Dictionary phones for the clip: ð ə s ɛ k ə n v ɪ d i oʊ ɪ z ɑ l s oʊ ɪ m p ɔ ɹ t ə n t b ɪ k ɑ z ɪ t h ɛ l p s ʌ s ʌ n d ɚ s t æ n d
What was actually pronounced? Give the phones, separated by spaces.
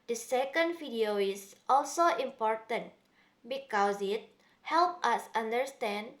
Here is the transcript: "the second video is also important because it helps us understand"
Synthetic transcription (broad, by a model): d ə s ɛ k ə n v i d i oʊ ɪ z ɑ l s oʊ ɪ m p ɔ ɹ t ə n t b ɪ k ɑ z ɪ t h ɛ l p ʌ s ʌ n d ɚ s t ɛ n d